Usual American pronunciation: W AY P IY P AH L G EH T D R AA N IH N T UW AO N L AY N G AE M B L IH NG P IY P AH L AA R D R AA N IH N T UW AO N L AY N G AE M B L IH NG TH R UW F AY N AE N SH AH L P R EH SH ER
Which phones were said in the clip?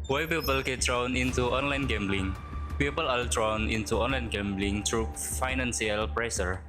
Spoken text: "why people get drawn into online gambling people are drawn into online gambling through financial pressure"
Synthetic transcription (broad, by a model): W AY P IY P AH L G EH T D R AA N IH N T UW AO N L AY N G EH M B L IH NG P IY P AH L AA L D R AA N IH N T UW AO N L AY N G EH M B L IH NG T R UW F AY N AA N S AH L P R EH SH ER